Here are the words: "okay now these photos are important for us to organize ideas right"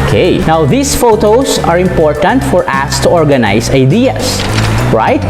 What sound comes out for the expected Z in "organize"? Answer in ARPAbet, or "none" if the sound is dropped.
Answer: S